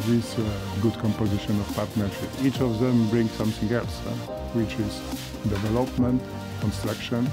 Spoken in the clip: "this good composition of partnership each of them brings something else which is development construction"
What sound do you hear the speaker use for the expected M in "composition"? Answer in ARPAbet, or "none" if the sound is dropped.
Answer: M